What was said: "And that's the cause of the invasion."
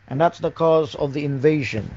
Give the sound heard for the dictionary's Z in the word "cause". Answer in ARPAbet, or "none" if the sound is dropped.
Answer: Z